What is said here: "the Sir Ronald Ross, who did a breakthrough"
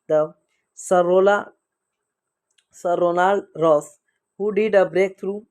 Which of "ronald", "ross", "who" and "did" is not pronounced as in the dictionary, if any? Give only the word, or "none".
ronald